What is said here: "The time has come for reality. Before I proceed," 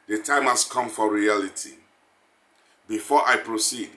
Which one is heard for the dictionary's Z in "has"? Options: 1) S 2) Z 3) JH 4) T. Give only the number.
1